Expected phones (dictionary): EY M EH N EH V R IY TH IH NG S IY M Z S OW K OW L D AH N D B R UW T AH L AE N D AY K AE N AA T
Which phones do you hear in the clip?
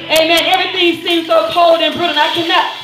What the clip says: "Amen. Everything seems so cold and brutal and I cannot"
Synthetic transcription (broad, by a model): EY M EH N EH V R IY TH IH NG S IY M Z S OW K OW L D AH N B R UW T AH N AY K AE N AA T